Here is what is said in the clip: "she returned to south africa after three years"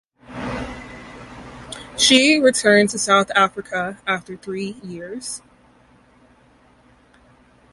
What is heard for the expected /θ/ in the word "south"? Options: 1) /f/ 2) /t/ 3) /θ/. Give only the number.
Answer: 3